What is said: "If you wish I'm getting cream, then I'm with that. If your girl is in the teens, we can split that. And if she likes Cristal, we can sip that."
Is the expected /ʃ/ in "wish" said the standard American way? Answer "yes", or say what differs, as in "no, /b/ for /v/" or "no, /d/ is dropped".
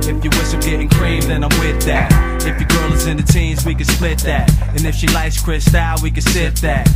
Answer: no, /s/ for /ʃ/